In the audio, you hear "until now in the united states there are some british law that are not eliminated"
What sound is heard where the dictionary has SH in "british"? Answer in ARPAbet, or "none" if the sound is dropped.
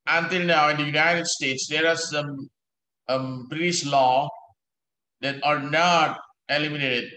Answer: S